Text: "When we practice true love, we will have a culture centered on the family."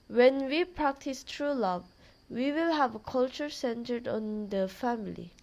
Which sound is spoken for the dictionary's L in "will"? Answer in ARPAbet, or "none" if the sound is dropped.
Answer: L